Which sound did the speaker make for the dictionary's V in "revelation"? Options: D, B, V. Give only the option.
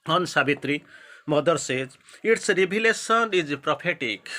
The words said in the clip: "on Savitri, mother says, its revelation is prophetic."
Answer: B